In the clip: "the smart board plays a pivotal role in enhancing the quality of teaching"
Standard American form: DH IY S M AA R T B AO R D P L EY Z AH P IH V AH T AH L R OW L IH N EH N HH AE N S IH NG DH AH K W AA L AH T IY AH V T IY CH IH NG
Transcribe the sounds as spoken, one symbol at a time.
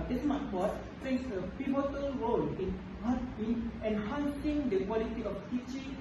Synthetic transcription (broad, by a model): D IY S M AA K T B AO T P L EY S AH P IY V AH T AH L R OW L IH N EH N HH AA N S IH NG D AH K W AA L AH T IY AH F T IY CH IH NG